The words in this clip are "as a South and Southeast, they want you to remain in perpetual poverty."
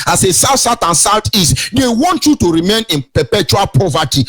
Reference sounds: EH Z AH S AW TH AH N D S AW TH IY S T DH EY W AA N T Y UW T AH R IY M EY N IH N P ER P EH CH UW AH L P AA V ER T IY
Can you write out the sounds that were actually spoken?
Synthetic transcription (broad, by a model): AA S AH S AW S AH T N S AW T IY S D EY W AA N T Y UW T AH R IY M EY N IH N P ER P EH CH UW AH L P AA V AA T IY